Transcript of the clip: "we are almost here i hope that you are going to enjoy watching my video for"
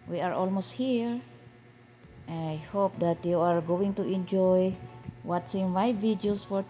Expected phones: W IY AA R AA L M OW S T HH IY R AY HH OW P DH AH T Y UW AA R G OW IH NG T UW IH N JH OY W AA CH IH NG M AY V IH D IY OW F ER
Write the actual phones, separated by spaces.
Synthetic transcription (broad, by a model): W IY AA R AA L M OW S T HH IY R AY HH OW P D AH T Y UW AA R G OW IH NG T UW IH N JH OY W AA S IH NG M AY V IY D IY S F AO